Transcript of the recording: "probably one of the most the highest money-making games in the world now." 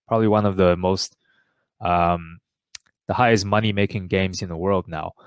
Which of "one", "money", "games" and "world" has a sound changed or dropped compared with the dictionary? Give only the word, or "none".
none